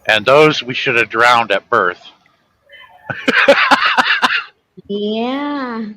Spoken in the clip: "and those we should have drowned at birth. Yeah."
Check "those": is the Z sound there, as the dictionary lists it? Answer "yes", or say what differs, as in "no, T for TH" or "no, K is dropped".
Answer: yes